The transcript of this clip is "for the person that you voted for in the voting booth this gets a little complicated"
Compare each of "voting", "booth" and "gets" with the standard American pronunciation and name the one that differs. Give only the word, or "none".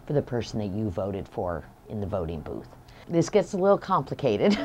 none